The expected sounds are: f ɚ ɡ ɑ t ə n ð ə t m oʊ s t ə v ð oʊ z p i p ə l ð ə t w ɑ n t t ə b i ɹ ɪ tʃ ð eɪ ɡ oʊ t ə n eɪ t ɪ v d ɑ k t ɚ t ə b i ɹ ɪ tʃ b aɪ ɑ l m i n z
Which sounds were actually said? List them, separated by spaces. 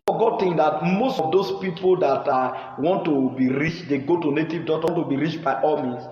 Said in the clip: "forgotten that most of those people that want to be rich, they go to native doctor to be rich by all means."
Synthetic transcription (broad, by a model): f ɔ ɡ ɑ t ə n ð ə t m oʊ s t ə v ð oʊ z p i p ə l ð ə t w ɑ n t t ə b i ɹ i tʃ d eɪ ɡ oʊ t ə n eɪ t ɪ v d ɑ t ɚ t ə b i ɹ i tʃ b aɪ ɑ l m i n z